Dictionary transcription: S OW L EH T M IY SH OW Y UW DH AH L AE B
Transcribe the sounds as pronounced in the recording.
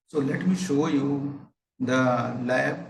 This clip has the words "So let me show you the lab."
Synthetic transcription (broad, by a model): S OW L EH T M IY SH OW Y UW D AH L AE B